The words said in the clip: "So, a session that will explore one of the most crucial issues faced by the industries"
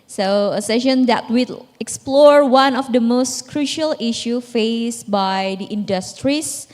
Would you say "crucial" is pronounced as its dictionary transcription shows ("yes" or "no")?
yes